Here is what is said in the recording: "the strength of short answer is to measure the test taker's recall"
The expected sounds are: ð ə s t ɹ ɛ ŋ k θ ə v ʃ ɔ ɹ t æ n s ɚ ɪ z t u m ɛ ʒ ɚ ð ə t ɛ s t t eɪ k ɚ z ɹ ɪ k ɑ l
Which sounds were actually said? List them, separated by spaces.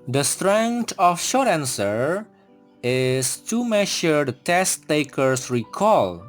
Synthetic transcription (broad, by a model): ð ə s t ɹ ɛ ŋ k t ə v ʃ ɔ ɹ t æ n s ɚ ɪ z t u m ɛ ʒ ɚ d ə t ɛ s t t eɪ k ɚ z ɹ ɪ k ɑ l